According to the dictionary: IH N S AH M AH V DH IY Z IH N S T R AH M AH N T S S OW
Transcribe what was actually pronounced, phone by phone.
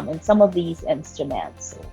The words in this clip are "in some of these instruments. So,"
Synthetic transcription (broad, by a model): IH N S AH M AH V DH IY Z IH N S T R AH M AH N T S S